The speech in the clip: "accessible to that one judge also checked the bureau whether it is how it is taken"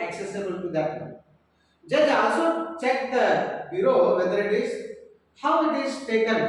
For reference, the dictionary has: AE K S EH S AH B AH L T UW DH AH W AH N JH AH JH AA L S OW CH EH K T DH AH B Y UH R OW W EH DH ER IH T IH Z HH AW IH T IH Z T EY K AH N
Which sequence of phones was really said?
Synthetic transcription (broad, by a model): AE K S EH S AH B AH L T UW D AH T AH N JH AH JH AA S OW CH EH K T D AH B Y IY R OW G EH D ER IH T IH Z HH AW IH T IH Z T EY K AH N